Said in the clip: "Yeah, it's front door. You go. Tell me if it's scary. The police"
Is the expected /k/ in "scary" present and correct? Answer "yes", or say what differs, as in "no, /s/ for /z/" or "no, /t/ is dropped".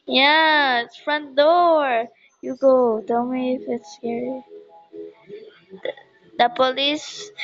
no, /k/ is dropped